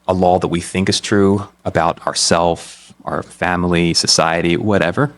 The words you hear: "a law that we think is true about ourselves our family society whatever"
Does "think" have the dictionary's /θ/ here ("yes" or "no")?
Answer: yes